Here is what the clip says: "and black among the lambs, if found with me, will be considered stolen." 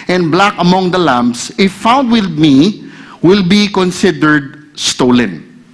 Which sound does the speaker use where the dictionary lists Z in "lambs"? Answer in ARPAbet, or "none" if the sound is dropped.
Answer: S